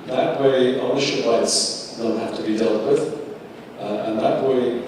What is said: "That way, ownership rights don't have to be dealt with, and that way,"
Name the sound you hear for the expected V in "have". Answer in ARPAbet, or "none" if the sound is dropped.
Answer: F